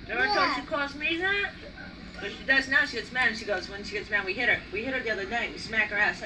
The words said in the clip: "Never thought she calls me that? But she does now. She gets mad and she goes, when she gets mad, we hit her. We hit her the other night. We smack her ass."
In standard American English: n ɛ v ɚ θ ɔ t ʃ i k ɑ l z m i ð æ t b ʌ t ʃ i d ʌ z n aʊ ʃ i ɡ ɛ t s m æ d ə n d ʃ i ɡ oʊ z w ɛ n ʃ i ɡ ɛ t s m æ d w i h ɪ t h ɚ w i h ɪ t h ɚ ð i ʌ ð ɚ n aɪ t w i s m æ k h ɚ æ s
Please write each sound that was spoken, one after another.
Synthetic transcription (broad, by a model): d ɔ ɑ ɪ t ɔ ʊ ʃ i k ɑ z m i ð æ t b ʌ t ʃ i d ʌ z n aʊ ʃ i ɡ ɛ t s m æ d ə n ʃ i ɡ oʊ z w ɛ n ʃ i ɡ ɛ t s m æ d w i h ɪ t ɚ w i h ɪ t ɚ ð i ʌ ð ɚ n aɪ t w i s m æ k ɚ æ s